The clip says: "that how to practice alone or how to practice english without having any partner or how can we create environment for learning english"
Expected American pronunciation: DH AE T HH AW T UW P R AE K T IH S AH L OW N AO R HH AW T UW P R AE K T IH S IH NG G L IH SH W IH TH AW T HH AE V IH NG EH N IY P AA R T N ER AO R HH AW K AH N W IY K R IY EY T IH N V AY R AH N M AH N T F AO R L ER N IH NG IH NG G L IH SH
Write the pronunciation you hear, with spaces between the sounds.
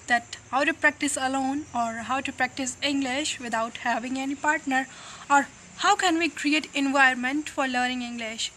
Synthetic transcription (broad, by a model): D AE T HH AW T UW P R AE K T IH S AH L OW N AO R HH AW T UW P R AE K T IH S IH NG G L IH SH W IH T AW T HH AE V IH NG EH N IY P AA R T N ER AO R HH AW K AH N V IY K R IY EY T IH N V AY AH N M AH N T F AO R L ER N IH NG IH NG G L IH SH